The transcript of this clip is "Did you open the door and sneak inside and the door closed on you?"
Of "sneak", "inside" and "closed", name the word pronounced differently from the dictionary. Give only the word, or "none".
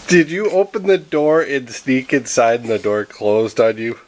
inside